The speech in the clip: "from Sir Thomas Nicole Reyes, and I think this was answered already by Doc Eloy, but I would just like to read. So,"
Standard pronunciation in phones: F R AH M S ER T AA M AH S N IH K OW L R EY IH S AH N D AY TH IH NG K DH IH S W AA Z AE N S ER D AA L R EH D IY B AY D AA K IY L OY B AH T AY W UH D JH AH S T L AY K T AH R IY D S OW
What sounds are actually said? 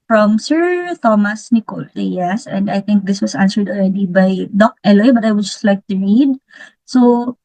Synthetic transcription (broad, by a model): F R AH M S ER T AA M AH S N IH K OW L L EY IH S AH N D AY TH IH NG K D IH S W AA S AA N S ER D AA L R EH D IY B AY D AA K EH L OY B AH T AY W UH D JH AH S T L AY K T AH R IY D S OW